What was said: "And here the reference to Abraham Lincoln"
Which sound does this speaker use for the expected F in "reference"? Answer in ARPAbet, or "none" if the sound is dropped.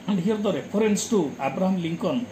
P